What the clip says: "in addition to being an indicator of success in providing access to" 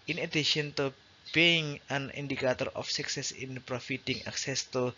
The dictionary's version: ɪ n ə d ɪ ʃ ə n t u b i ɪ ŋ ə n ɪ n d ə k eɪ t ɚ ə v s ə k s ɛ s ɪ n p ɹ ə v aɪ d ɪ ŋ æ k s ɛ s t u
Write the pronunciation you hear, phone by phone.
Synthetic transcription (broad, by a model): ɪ n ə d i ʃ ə n t u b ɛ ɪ ŋ ə n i n d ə k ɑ t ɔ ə f s ə k s ɛ s ɪ n p ɹ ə f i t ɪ ŋ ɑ k s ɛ s t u